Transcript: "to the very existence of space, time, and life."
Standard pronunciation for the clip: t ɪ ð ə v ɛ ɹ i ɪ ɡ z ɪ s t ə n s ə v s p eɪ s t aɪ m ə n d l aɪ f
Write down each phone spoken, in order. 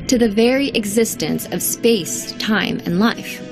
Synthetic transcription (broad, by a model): t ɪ ð ə v ɛ ɹ i ɪ ɡ z ɪ s t ə n s ə v s p eɪ s t aɪ m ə n l aɪ f